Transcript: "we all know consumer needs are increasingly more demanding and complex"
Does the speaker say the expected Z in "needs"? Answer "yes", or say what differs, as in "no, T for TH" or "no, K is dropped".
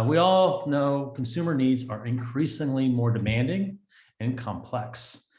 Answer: yes